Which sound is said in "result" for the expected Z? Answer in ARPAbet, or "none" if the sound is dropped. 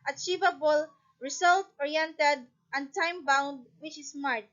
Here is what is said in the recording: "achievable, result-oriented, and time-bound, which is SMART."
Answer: S